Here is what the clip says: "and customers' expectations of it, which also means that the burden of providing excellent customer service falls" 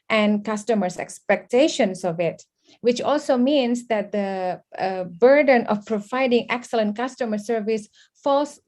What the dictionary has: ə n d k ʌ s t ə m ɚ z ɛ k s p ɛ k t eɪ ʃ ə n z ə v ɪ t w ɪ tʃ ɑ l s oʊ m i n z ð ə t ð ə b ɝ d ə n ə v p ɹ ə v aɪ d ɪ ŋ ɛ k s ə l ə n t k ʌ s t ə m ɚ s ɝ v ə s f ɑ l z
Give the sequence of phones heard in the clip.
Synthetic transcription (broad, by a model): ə n k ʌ s t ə m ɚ s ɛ k s p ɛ k t eɪ ʃ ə n s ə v ɪ t w ɪ tʃ ɑ l s oʊ m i n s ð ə t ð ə b ɝ d ə n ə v p ɹ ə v aɪ d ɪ ŋ ɛ k s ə l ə n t k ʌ s t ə m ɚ s ɝ v ə s f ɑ l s